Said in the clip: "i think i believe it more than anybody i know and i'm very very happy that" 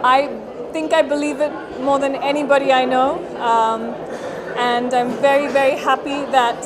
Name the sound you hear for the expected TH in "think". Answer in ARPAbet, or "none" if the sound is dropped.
TH